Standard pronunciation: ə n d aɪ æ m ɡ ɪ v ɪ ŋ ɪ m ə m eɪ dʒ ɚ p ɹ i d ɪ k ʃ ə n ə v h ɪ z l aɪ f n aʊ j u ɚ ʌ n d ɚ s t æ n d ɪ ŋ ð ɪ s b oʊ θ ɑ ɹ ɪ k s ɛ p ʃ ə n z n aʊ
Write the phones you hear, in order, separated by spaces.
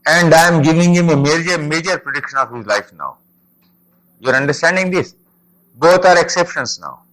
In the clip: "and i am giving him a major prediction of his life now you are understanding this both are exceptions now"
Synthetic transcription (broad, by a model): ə n d aɪ m ɡ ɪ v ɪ ŋ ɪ m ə m eɪ dʒ ɚ p ɹ i d ɪ k ʃ ə n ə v h ɪ z l aɪ f n aʊ j u ɚ ʌ n d ɚ s t æ n d ɪ ŋ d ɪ s b oʊ t ɑ ɹ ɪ k s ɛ p ʃ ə n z n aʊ